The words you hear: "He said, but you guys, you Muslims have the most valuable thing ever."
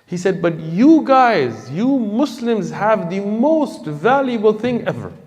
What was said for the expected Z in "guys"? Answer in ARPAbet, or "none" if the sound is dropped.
Z